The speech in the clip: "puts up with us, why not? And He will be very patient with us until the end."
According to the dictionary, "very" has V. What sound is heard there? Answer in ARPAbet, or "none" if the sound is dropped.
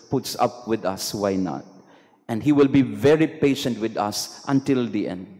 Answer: V